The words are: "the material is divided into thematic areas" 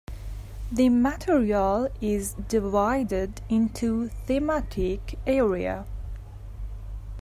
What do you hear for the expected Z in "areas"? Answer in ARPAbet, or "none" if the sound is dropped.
none